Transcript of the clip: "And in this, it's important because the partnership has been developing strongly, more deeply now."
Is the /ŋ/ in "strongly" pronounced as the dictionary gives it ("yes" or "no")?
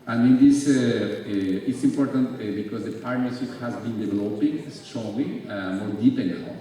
no